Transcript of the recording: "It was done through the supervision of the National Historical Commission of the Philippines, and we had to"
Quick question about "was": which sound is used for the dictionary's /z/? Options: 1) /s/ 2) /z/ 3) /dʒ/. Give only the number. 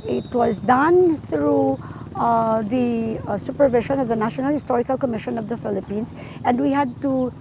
2